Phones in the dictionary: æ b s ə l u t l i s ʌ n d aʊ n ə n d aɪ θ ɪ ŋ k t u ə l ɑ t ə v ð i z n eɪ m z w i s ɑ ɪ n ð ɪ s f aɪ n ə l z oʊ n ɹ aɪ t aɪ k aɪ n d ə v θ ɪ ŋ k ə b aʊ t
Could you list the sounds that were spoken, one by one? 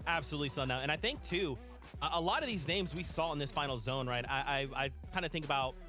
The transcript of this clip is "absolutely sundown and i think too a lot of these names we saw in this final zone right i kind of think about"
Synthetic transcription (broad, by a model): æ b s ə l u t l i s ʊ n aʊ ə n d aɪ θ ɪ ŋ k t u ə l ɑ t ə v ð i z n eɪ m z w i s ɑ ɪ n ð ɪ s f aɪ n l z oʊ n ɹ aɪ t aɪ k aɪ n d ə θ ɪ ŋ k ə b aʊ t